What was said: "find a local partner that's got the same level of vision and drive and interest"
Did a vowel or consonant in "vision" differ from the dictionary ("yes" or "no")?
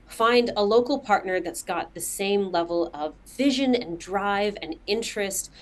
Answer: no